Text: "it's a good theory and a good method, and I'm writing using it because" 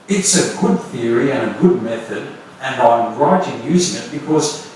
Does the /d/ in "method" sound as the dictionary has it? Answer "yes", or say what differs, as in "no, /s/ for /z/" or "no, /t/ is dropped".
yes